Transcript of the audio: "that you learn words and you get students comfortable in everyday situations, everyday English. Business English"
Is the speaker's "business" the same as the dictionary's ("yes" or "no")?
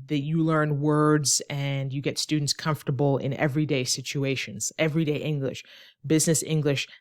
yes